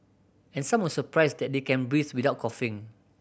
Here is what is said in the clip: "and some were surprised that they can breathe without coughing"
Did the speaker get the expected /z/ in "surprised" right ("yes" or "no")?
no